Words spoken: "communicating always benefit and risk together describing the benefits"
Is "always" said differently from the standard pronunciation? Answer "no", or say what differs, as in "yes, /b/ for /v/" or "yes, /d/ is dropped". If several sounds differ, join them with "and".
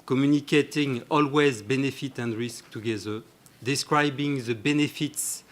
no